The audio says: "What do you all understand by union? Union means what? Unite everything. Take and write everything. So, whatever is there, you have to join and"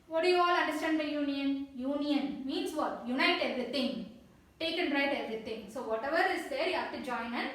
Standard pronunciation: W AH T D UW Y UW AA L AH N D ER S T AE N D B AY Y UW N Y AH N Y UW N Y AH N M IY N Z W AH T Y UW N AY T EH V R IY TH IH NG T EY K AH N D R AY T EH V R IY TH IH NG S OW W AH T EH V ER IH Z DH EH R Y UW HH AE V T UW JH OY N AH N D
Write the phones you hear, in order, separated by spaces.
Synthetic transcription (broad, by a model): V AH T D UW Y UW AA L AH N D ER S T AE N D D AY Y UW N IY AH N Y UW N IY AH N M IY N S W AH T Y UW N AY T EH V R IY T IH NG T EY K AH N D R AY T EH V R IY T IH NG S OW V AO T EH V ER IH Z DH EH R Y UW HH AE F T UW JH OY N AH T